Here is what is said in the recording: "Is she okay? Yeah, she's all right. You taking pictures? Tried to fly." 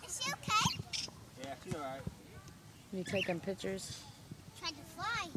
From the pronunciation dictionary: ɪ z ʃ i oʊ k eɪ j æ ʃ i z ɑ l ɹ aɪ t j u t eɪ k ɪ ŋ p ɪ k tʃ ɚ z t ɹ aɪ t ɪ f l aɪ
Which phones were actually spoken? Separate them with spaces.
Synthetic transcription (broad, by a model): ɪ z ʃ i oʊ k eɪ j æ s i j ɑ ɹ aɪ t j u t eɪ k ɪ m p ɪ k tʃ ɚ z t ɹ aɪ t ɪ f l aɪ